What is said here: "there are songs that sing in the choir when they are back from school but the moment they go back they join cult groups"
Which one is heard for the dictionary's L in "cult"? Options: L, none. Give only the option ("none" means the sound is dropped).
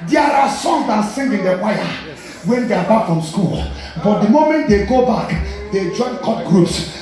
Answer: none